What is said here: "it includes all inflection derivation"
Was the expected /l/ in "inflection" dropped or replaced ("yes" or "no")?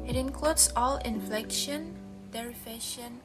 no